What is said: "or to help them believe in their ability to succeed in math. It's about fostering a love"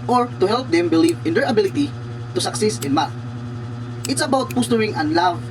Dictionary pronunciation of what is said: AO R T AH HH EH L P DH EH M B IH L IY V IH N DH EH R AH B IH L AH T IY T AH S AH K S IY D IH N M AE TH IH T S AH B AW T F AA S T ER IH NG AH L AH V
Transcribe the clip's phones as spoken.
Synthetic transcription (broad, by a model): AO R T AH HH EH L P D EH M B IH L IY V IH N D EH R AH B IH L AH T IY T AH S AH K S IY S IH N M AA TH IH T S AH B AW T P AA S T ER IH NG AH L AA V